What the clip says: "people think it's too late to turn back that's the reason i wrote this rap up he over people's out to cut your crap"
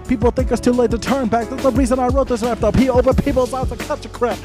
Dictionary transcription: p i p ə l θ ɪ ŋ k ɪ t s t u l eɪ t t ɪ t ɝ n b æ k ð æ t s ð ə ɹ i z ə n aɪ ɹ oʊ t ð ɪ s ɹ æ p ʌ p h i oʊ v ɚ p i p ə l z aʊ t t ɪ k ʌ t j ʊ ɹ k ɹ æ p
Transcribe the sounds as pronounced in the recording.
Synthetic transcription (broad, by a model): p i p l θ ɪ ŋ k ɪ s t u l eɪ t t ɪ t ɝ n b æ k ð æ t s ð ə ɹ i z ə n aɪ ɹ oʊ t ð ɪ s l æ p ʌ p h i oʊ v ɚ p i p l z aʊ t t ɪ k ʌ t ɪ k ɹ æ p